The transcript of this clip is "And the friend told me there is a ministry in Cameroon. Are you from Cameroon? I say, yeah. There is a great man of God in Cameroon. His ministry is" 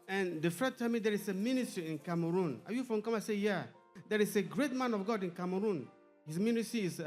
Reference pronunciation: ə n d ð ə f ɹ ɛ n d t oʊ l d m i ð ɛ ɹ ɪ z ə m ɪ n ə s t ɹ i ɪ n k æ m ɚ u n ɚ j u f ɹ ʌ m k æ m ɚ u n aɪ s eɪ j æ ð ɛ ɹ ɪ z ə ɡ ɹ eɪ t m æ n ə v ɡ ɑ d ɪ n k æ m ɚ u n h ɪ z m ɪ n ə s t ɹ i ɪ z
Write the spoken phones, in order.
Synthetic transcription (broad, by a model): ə n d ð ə f ɛ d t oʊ m i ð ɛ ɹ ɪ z ə m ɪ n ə s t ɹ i ɪ n k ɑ m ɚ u n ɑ j u f ɹ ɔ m k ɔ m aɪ s eɪ j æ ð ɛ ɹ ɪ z ə ɡ ɹ eɪ t m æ n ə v ɡ ɑ d ɪ n k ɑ m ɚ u n h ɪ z m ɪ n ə s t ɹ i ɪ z